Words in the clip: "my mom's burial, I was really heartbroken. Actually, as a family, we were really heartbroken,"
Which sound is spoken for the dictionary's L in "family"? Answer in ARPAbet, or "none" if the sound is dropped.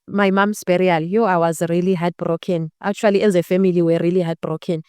none